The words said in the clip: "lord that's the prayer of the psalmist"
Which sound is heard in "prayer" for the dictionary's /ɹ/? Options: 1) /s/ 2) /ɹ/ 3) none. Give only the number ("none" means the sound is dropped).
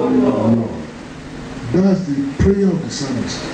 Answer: 2